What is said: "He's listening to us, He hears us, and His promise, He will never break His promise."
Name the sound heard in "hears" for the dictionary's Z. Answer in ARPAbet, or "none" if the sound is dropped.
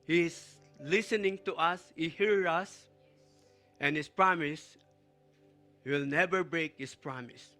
none